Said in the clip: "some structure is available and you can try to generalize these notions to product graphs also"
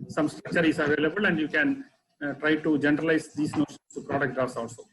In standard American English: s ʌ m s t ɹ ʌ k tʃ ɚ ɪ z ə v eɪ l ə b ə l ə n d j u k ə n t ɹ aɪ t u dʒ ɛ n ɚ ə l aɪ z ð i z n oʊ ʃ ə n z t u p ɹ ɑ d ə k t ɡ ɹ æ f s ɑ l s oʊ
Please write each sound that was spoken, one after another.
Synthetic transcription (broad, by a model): s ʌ m s t ɹ ʌ k tʃ ɚ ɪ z ə v eɪ l ə b ə l ə n d j u k ə n t ɹ aɪ t u dʒ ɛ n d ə l aɪ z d i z n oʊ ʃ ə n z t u p ɹ ɑ d ə k t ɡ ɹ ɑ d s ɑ l s oʊ